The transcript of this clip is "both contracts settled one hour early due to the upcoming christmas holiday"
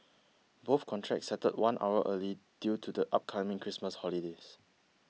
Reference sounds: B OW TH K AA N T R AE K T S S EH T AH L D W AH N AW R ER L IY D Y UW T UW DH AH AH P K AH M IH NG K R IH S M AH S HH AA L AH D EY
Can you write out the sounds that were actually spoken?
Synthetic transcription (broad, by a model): B OW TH K AA N T R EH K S S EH T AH D W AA N AW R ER L IY D Y UW T UW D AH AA P K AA M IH NG K R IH S M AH S HH AA L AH D EY